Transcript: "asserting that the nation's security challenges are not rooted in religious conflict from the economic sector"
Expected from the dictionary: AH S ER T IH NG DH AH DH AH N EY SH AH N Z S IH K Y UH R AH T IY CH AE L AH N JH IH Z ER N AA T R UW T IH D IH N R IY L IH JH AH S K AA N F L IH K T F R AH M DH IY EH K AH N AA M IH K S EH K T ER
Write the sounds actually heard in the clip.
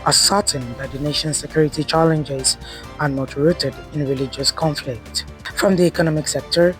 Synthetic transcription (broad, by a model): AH S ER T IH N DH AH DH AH N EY SH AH N S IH K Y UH R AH T IY CH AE L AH N JH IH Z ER N AA T R UW T IH D IH N R IY L IH JH AH S K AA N F L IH K T F R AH M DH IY EH K AH N AA M IH K S EH K T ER